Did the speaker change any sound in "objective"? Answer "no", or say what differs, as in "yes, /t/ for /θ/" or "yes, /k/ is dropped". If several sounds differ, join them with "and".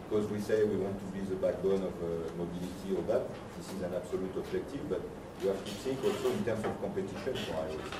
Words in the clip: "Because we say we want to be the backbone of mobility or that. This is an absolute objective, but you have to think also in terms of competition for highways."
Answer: yes, /ʒ/ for /dʒ/